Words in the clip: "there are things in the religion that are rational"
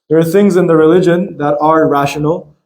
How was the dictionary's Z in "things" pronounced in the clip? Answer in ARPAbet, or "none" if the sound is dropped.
Z